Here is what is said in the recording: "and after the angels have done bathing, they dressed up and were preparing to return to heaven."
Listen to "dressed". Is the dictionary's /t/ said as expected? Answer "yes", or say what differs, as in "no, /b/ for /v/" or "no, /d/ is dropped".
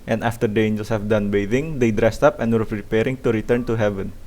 yes